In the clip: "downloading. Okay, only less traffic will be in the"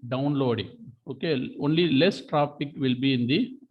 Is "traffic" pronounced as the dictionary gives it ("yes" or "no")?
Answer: no